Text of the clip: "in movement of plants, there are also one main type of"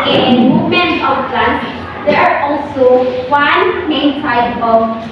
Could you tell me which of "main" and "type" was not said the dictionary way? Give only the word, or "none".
type